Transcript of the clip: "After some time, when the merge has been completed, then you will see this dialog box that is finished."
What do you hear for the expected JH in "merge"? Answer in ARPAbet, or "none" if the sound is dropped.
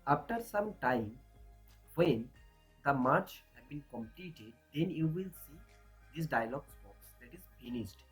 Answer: CH